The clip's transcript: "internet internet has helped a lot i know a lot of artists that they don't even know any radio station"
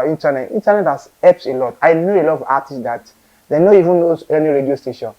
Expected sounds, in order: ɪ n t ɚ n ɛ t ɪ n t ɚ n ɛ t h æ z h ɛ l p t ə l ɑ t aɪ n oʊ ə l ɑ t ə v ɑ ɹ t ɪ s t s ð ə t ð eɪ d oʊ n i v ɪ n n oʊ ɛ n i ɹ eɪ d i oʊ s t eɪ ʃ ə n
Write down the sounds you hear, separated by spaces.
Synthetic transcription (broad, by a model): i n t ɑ n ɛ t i n t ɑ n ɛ t h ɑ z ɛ p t ə l ɑ t aɪ n oʊ ə l ɑ t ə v ɑ t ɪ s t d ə t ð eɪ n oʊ i v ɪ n n oʊ ɛ n i ɹ eɪ d i oʊ s t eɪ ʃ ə n